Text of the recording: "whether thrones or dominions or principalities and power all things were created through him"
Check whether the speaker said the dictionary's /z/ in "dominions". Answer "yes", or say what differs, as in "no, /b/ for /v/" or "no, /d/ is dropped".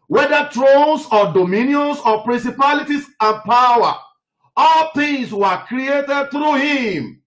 no, /s/ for /z/